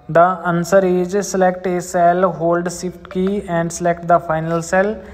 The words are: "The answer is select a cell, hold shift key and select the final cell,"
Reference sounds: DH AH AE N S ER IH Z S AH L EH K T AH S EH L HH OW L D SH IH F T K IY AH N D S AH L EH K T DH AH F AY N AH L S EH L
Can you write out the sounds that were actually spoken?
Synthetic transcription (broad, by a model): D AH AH N S ER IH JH S AH L EH K T AH S EH L HH OW L D S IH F T K IY AH N D S AH L EH K T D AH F AY N AH L S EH L